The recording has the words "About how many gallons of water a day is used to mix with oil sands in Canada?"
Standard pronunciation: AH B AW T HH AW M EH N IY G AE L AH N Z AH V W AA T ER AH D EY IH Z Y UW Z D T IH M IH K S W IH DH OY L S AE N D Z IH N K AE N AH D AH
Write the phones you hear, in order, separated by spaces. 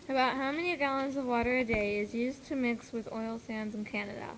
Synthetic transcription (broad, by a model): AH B AW T HH AW M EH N IY G AE L AH N Z AH V W AA T ER AH D EY IH Z Y UW Z T IH M IH K S W IH DH OY L S AE N D Z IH N K AE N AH D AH